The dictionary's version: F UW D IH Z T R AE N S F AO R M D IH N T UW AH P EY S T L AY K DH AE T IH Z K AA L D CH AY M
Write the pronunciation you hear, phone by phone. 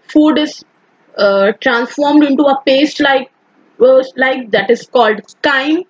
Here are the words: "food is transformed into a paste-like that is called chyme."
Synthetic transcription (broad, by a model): F UW D IH Z T R AE N S F AO R M D IH N T UW AH P EY S T L AY K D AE T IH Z K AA L D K AY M